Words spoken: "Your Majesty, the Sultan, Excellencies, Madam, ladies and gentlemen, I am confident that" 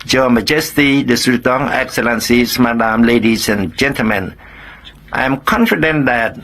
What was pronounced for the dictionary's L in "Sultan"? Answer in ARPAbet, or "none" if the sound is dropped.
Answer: none